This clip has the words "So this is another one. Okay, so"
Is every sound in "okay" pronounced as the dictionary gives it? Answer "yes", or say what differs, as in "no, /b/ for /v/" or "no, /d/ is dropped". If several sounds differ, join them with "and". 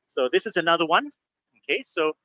yes